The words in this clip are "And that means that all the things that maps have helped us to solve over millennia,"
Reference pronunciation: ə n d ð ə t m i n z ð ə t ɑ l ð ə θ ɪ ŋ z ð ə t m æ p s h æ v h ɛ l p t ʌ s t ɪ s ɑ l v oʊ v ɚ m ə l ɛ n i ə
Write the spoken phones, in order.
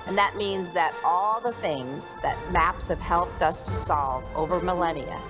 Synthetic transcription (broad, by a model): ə n ð ə t m i n z ð ə t ɑ l ð ə θ ɪ ŋ z ð ə t m æ p s h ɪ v h ɛ l p t ʌ s t ɪ s ɑ l v oʊ v ɚ m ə l ɛ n i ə